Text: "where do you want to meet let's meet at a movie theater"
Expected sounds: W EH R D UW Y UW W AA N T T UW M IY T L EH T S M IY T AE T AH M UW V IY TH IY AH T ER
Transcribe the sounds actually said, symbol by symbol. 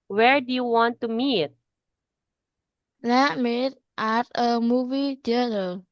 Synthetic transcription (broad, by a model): W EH R D UW Y UW W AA N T T UW M IY T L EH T M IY T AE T AH M UW V IY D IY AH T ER